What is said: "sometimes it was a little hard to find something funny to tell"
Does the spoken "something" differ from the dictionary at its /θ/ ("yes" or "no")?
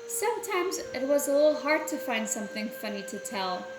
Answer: no